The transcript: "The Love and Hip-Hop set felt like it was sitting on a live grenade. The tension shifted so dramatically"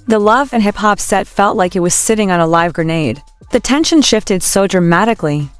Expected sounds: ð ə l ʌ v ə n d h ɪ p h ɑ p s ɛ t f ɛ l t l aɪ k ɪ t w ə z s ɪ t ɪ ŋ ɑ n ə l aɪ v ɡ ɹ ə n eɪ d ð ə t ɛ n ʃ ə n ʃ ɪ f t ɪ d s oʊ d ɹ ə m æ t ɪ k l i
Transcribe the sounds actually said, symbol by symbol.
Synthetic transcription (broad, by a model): ð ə l ʌ v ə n h ɪ p h ɑ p s ɛ t f ɛ l t l aɪ k ɪ t w ə z s ɪ t ɪ ŋ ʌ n ə l aɪ v ɡ ɹ ə n eɪ d ð ə t ɛ n ʃ ə n ʃ ɪ f t ɪ d s oʊ d ɹ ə m æ t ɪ k l i